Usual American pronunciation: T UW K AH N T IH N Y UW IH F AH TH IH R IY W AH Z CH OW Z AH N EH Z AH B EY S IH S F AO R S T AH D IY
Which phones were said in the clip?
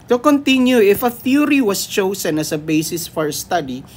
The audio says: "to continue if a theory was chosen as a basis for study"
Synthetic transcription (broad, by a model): T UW K AH N T IH N Y UW IH F AH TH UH R IY W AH S CH OW S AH N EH S AH B EY S IH S F AO R S T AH D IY